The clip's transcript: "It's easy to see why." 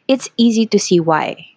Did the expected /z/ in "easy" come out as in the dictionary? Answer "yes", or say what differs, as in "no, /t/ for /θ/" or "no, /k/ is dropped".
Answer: yes